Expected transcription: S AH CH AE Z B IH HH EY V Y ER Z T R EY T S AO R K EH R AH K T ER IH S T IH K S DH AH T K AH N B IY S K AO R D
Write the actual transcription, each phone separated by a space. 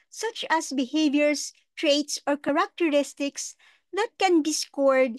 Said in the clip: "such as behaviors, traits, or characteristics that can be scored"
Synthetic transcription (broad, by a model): S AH CH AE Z B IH HH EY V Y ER S T R EY T S AO R K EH R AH K T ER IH S T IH K S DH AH T K AH N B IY S K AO R D